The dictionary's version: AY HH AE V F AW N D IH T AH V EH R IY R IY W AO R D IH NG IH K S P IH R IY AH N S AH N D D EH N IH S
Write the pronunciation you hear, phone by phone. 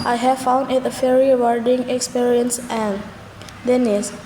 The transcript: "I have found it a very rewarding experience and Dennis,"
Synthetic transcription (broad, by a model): AY HH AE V F AW N D IH T AH F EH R R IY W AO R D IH NG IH K S P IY R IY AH N S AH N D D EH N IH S